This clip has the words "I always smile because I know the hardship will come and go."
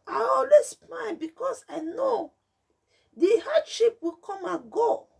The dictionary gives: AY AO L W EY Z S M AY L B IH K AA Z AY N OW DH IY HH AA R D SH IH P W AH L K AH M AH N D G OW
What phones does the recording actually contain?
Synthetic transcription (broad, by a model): AY AO L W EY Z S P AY N B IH K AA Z AY N OW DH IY HH AA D SH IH P W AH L K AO M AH G OW